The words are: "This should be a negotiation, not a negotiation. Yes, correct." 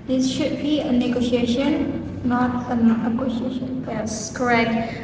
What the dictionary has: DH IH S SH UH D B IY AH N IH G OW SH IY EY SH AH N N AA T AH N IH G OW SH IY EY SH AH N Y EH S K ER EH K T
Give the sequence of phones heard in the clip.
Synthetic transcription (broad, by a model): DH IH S SH UH D B IY AH N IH G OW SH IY EY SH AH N N AA T AH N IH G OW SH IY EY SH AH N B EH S K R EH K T